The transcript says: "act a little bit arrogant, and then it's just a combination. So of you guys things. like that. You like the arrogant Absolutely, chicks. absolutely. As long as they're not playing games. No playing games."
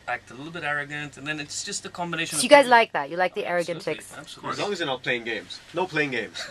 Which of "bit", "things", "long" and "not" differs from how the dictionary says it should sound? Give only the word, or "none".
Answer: things